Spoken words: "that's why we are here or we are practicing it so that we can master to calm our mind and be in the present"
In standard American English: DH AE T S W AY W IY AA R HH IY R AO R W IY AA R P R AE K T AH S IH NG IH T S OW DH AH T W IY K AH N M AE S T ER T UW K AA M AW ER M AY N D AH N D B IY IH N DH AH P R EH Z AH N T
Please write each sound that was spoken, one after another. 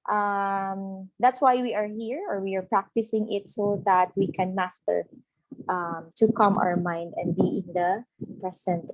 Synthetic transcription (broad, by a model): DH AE T S W AY W IY AA R HH IY R AO R W IY AA R P R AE K T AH S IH NG IH T S OW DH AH T W IY K AH N M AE S T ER T UW K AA M AW ER M AY N D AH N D B IY IH N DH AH P R EH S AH N T